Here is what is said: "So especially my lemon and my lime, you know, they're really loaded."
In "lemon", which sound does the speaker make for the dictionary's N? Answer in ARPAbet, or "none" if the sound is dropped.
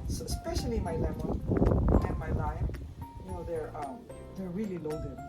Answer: L